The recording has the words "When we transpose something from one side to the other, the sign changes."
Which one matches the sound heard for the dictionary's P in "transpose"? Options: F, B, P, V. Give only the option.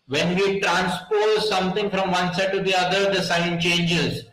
P